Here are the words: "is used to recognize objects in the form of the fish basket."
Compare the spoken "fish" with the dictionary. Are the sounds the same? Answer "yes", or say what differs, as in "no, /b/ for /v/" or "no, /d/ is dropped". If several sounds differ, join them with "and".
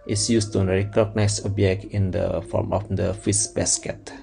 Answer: no, /s/ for /ʃ/